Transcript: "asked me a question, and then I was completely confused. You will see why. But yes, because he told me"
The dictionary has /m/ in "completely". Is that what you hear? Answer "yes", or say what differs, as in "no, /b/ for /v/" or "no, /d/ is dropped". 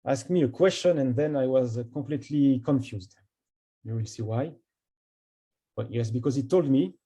no, /m/ is dropped